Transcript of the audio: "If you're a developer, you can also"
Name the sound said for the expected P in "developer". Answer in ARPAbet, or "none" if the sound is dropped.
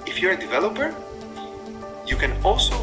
P